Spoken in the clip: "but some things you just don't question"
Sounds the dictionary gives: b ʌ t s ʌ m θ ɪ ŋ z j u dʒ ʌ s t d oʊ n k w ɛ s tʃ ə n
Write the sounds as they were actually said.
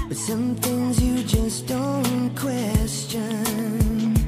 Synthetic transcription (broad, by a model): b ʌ t s ʌ m θ ɪ ŋ z j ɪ dʒ ʌ s d oʊ n k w ɛ s tʃ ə n